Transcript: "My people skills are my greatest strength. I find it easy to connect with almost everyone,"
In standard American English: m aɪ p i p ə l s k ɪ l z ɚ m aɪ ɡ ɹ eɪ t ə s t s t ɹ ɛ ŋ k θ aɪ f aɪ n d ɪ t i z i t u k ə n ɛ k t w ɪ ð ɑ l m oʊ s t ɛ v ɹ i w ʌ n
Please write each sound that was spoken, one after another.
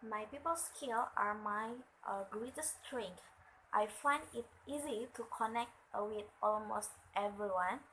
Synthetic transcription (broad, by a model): m aɪ p i p ə l s k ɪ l ɑ m aɪ ɡ ɹ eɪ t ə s s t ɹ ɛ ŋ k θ aɪ f aɪ n d ɪ t i z i t u k ə n ɛ k t w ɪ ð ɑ l m oʊ s t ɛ v ɹ i w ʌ n